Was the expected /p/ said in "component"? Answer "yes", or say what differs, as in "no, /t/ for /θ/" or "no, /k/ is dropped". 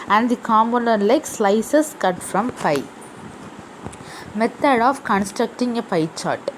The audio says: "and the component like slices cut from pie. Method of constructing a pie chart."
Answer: no, /p/ is dropped